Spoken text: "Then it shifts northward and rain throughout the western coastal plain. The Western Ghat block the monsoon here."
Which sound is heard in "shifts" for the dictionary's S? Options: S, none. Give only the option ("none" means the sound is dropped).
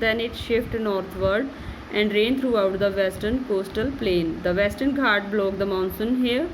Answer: none